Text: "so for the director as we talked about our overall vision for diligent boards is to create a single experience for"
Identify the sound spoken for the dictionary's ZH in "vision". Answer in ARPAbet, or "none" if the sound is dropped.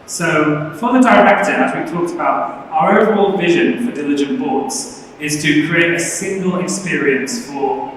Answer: ZH